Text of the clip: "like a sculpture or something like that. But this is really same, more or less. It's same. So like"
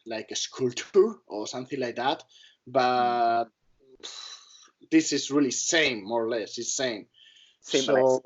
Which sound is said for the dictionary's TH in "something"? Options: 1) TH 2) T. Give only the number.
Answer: 1